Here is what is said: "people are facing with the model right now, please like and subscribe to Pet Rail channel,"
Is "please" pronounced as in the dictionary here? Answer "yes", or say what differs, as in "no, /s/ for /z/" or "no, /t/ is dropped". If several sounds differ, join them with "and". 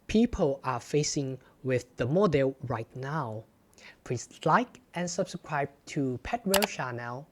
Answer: no, /s/ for /z/